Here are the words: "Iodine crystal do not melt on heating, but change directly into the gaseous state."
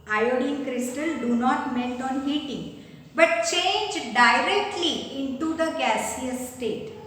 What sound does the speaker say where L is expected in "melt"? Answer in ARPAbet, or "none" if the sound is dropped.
N